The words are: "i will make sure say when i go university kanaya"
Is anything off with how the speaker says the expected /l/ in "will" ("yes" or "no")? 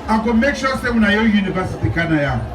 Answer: yes